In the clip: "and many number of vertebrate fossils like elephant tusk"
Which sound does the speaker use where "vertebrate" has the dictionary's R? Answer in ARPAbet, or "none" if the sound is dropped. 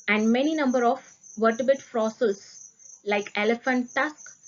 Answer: none